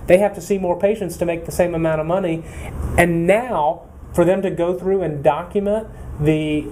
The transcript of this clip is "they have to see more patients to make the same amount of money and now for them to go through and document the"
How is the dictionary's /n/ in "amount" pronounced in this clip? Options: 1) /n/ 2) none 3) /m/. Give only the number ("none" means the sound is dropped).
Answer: 2